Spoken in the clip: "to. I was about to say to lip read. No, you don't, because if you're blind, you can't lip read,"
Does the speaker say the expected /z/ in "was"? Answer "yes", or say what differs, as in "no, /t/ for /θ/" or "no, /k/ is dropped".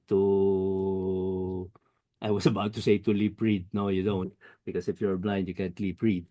no, /s/ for /z/